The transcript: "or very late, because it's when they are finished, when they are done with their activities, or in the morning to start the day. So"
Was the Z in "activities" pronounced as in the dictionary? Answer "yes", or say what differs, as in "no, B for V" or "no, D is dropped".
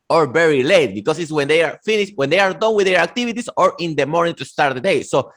no, S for Z